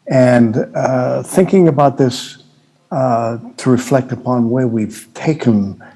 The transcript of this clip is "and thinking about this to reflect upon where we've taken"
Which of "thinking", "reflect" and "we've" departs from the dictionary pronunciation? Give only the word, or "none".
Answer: none